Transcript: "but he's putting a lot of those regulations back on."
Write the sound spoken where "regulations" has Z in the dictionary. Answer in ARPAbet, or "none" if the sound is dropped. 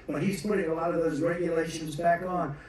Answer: Z